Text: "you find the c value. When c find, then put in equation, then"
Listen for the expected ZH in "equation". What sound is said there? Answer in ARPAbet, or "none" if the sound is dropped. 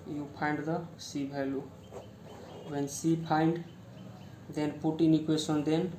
S